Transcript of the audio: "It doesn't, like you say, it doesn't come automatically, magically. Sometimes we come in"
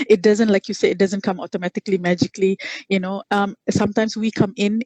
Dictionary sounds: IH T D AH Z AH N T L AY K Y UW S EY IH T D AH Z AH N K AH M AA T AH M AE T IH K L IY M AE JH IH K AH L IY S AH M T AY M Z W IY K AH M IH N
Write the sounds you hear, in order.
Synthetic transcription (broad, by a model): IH T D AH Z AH N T L AY K Y UW S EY IH T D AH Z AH N K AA M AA T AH M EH T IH K L IY M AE JH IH K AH N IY S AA M T AY M S W IY K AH M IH N